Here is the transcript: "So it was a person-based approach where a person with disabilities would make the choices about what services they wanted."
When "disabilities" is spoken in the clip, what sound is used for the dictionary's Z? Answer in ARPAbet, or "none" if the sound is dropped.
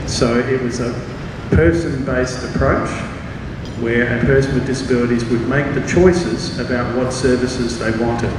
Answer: Z